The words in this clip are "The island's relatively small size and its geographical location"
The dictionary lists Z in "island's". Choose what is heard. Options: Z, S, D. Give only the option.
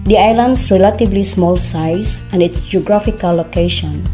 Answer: S